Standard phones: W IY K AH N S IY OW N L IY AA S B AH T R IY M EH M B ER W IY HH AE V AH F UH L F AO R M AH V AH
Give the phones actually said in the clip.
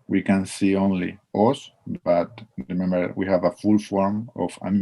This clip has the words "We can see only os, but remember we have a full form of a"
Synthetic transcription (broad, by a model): W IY K AH N S IY OW N L IY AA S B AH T R IY M EH M B ER W IY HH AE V AH F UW L F AO R M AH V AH